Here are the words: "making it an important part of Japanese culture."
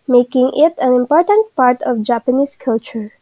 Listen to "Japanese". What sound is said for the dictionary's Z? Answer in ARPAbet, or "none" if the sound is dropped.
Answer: S